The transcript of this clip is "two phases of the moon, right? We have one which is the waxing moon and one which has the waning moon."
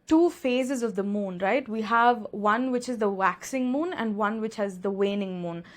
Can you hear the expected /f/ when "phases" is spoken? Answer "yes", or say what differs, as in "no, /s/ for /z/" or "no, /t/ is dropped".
yes